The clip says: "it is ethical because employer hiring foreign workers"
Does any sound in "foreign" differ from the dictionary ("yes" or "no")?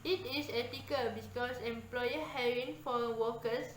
yes